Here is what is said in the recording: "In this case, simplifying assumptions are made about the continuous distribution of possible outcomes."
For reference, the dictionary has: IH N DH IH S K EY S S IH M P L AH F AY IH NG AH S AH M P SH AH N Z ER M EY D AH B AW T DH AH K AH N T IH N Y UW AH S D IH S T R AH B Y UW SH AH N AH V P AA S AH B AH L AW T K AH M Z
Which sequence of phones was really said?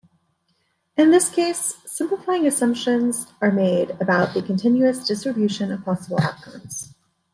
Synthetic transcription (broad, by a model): IH N DH IH S K EY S S IH M P L AH F AY IH NG AH S AH M P SH AH N Z ER M EY D AH B AW T DH AH K AH N T IH N Y UW AH S D IH S T R AH B Y UW SH AH N AH V P AA S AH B L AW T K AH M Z